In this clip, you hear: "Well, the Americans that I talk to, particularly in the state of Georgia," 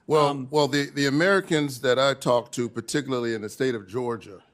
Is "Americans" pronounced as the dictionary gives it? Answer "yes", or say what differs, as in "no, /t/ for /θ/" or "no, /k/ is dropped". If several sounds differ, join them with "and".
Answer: yes